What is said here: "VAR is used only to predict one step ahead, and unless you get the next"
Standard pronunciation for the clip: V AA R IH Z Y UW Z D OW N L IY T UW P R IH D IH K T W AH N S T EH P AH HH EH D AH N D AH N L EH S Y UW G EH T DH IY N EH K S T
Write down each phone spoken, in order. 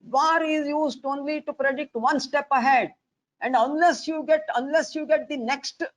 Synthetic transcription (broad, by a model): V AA R IH Z Y UW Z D OW N L IY T UW P R IH D IH K T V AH N S T EH P AH HH EH D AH N D AH N L EH S Y UW G EH T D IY N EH K S T